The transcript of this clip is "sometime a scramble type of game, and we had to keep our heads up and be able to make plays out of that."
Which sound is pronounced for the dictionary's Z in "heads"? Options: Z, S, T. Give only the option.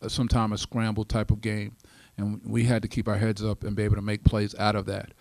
Z